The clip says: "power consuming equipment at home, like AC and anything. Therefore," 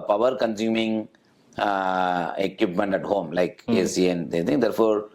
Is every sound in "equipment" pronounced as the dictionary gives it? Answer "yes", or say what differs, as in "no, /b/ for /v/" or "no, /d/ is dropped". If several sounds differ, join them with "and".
yes